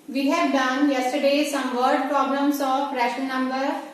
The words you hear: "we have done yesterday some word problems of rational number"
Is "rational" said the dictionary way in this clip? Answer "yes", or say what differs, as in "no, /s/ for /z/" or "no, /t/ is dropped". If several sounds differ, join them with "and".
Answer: no, /n/ is dropped